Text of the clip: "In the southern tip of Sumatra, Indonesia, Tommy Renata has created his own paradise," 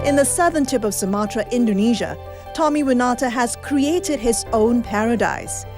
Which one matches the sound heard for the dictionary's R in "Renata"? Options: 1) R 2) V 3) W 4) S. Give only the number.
3